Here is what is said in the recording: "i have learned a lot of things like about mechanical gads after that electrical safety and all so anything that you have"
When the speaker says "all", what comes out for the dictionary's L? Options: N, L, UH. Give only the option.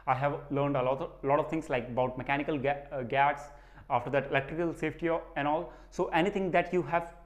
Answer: L